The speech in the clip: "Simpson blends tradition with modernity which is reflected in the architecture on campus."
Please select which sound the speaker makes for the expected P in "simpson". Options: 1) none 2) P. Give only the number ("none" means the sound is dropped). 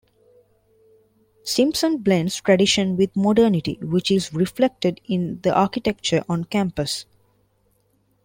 2